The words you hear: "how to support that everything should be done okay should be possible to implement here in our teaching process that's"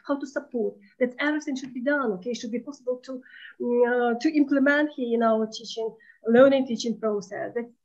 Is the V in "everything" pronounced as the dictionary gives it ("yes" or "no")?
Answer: no